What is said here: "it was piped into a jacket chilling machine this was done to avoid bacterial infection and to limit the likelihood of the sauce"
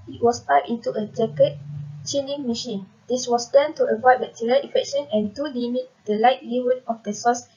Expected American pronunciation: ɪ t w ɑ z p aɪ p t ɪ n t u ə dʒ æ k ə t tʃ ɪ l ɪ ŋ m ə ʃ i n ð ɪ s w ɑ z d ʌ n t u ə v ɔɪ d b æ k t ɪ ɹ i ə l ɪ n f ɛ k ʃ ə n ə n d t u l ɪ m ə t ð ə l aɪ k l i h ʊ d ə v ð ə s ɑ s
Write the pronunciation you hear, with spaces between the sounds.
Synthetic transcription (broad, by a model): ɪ t w ɑ s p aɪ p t ɪ n t u ə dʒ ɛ k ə t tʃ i n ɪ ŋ m ə ʃ i n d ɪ s w ɑ s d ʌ n t u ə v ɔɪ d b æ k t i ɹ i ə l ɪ f ɛ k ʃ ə n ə n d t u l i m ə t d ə l aɪ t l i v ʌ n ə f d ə s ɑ s